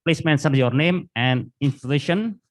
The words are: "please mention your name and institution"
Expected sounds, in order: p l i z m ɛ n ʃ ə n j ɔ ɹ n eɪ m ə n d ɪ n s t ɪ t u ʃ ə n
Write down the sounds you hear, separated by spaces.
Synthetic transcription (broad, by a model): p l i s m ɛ n s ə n j ɔ ɹ n eɪ m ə n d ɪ n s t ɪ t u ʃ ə n